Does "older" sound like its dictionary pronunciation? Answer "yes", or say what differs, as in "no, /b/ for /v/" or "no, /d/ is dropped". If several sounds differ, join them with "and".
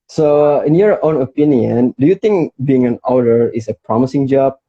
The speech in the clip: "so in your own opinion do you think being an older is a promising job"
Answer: no, /l/ is dropped